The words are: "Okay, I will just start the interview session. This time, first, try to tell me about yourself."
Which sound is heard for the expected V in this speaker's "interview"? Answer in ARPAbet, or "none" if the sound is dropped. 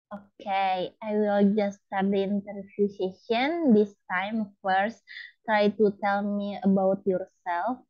F